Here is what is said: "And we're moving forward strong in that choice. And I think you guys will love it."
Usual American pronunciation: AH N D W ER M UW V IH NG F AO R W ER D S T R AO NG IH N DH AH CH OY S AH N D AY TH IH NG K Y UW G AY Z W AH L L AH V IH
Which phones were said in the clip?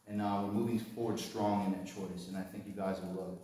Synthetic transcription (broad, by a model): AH N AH W ER M UW V IH NG F AO R W ER D S T R AO NG IH N DH AH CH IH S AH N AY TH IH NG K Y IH G AY Z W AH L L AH IH